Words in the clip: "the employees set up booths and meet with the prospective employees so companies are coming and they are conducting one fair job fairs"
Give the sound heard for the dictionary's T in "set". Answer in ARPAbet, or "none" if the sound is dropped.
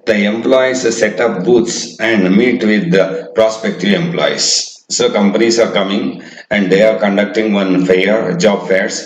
T